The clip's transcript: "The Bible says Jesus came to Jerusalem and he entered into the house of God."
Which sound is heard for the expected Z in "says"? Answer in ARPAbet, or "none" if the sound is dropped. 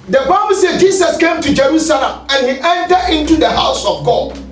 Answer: none